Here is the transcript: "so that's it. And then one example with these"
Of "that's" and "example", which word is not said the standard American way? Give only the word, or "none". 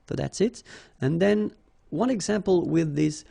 none